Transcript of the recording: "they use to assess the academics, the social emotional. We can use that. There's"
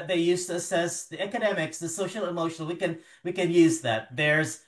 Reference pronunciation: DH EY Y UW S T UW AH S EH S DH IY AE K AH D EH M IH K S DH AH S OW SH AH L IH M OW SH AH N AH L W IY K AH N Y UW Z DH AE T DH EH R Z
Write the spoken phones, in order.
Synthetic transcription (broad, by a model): DH EY Y UW S T UW AH S EH S DH IY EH K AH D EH M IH K S DH AH S OW SH L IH M OW SH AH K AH N W IY K AH N Y UW Z DH AE T DH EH R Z